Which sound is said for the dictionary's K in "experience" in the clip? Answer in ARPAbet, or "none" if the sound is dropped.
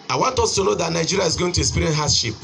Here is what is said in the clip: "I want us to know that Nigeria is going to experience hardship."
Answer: none